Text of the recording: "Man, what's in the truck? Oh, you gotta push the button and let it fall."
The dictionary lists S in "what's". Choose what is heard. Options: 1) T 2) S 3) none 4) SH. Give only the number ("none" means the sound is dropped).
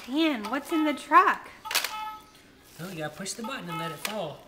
2